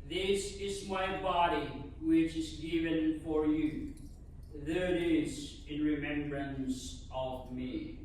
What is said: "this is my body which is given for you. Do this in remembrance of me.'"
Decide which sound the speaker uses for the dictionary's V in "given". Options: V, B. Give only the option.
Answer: V